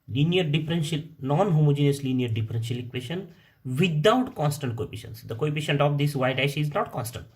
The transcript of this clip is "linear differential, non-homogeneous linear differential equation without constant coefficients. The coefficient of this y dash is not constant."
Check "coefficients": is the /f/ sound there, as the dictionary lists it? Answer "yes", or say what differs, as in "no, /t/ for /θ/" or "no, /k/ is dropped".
no, /p/ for /f/